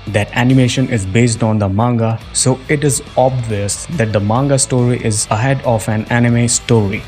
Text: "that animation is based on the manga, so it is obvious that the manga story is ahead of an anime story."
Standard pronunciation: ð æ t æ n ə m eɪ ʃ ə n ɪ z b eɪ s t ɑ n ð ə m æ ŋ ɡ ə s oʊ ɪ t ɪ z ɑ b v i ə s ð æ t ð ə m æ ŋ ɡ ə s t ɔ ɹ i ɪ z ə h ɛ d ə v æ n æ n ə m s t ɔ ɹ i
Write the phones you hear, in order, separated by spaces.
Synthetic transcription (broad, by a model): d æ t æ n ə m eɪ ʃ ə n ɪ z b eɪ s t ɑ n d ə m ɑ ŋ ɡ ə s oʊ ɪ t ɪ z ɑ b v i ə s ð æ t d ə m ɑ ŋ ɡ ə s t ɔ ɹ i ɪ z ə h ɛ d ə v æ n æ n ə m s t ɔ ɹ i